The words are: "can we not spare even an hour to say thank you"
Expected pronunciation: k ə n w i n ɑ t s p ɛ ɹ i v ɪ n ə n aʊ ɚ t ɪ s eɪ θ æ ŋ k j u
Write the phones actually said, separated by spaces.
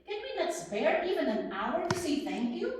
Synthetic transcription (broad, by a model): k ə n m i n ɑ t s b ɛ ɹ i v ɪ n ə n aʊ ɚ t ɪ s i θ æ ŋ k j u